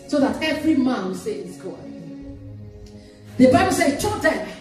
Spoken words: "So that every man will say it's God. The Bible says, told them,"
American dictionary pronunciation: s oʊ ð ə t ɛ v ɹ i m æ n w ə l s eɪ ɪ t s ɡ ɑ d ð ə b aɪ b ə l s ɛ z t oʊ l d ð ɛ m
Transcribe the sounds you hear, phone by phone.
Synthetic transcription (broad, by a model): s oʊ ð ə t ɛ v ɹ i m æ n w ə s eɪ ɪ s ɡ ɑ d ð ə b aɪ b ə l s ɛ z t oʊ d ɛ